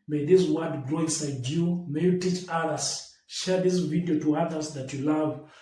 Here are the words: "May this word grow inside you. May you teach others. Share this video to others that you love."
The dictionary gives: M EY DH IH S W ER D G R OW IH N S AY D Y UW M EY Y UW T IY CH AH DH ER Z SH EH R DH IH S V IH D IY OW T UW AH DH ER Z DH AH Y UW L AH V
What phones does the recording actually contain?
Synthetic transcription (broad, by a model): M EY DH IH S W ER D G R OW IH N S AY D Y UW M EY Y UW T IY CH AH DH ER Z SH EH R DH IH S V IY D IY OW T UW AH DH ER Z DH AH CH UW L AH V